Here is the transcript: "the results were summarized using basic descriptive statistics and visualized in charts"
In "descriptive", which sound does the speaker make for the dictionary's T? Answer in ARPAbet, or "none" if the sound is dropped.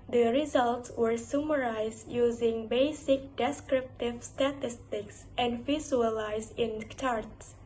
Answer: T